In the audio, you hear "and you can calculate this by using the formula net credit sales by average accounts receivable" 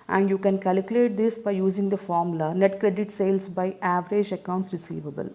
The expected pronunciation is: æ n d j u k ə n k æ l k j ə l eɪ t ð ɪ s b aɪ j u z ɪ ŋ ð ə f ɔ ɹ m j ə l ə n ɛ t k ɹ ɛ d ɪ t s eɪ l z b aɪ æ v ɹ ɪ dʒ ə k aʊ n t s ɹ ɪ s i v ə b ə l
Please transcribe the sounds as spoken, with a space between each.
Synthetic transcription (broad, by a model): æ n d j u k ə n k æ l k j ə l eɪ t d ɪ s b aɪ j u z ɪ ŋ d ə f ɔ ɹ m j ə l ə n ɛ t k ɹ ɛ d ɪ t s eɪ l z b aɪ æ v ɹ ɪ dʒ ə k aʊ n t s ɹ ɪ s i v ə b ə l